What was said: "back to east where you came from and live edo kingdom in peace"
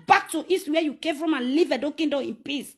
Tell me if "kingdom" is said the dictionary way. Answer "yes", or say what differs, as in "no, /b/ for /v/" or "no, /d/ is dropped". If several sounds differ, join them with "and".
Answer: no, /m/ is dropped